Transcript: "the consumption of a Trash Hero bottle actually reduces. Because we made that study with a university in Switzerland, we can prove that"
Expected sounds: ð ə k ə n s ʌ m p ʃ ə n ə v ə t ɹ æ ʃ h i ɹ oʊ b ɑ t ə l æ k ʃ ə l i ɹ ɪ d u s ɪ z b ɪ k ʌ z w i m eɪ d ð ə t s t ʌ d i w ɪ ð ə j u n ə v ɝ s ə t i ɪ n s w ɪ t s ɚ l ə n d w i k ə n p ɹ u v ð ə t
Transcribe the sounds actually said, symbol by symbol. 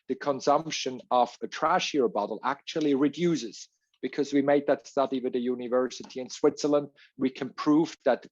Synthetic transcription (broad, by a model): ð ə k ə n s ʌ m p ʃ ə n ə v ə t ɹ æ ʃ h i ɹ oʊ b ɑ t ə l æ k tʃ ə l i ɹ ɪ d u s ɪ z b ɪ k ʌ z w i m eɪ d ð ə t s t ʌ d i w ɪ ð ə j u n ə v ɝ s ə t i ɪ n s w ɪ t s ɚ l ə n d w i k ə n p ɹ u v ð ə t